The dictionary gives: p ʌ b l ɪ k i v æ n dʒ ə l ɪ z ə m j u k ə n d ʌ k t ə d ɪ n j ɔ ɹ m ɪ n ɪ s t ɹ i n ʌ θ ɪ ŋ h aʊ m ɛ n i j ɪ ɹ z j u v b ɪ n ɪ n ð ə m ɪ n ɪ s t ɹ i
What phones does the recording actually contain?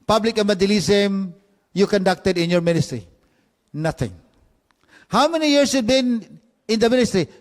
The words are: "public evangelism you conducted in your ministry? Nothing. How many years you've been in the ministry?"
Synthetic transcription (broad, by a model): p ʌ b l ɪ k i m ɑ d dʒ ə l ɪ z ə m j u k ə n d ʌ k t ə d ɪ n j ɔ ɹ m ɪ n ɪ s t ɹ i n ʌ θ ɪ ŋ h aʊ m ɛ n i j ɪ ɹ s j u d b ɪ n ɪ n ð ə m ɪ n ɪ s t ɹ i